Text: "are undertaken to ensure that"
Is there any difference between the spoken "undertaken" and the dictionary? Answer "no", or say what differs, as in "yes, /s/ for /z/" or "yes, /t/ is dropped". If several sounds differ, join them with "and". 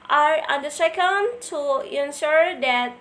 yes, /s/ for /t/